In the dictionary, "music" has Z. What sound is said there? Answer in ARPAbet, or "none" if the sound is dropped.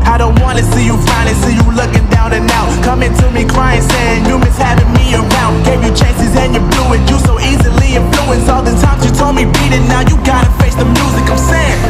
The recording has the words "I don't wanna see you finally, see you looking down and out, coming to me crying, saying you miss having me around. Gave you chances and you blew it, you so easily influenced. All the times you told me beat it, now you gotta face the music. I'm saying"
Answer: Z